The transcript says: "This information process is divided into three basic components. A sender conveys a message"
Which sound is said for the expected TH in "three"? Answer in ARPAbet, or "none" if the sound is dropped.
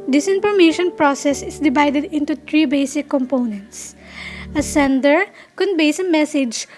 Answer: T